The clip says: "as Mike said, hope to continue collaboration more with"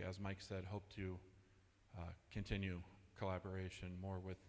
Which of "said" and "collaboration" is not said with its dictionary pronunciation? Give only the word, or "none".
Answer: none